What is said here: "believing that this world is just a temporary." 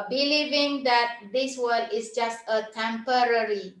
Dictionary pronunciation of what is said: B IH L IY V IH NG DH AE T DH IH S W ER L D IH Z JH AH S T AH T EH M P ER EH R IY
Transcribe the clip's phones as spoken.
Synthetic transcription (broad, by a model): B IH L IY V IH NG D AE T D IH S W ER D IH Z JH AH S T AH T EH M P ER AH R IY